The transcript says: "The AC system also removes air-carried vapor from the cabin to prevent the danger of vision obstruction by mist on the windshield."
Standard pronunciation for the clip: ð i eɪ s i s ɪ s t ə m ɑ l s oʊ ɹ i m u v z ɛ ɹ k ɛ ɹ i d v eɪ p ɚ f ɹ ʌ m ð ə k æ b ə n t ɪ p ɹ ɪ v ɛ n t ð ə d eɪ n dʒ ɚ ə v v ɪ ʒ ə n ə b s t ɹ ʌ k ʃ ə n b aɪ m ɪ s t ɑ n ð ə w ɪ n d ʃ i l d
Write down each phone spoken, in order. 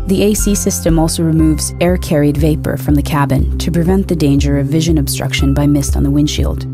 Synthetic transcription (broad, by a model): ð i eɪ s i s ɪ s t ə m ɑ l s oʊ ɹ i m u v z ɛ ɹ k ɛ ɹ i d v eɪ p ɚ f ɹ ʌ m ð ə k æ b ə n t ɪ p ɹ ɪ v ɛ n ð ə d eɪ n dʒ ɚ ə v v ɪ ʒ ə n ə b s t ɹ ʌ k ʃ ə n b aɪ m ɪ s t n ð ə w ɪ n ʃ i l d